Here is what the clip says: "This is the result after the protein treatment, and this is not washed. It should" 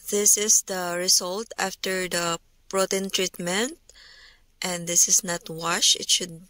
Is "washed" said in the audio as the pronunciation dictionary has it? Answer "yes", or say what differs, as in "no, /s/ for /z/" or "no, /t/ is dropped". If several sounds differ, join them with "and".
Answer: no, /t/ is dropped